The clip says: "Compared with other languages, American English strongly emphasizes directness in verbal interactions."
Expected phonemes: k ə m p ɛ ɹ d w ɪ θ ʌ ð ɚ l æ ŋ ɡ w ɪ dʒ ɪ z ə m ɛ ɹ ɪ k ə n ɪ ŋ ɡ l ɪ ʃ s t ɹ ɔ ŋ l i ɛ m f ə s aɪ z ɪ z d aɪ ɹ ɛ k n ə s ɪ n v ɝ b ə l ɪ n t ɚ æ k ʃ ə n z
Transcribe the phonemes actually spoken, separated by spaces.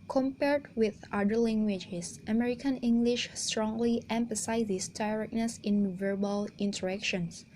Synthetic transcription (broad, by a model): k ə m p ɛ ɹ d w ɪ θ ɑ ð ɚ l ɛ ŋ ɡ w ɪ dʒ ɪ s ə m ɛ ɹ ɪ k ə n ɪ ŋ ɡ l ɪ ʃ s t ɹ ɔ ŋ l i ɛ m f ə s aɪ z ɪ s d aɪ ɹ ɛ k n ə s ɪ n v ɝ b ə l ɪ n t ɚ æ k ʃ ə n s